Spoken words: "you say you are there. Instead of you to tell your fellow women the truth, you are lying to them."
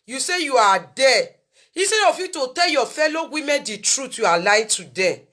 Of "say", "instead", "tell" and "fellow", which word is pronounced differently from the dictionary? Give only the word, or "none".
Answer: instead